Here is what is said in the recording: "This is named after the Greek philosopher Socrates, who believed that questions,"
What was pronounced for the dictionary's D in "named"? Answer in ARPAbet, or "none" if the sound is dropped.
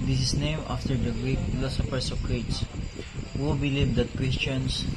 none